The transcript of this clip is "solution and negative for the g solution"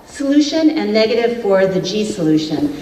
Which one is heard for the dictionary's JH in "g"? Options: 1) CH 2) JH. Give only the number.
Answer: 2